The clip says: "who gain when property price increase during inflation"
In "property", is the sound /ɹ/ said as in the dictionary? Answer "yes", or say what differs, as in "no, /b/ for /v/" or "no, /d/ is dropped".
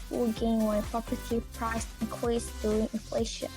no, /ɹ/ is dropped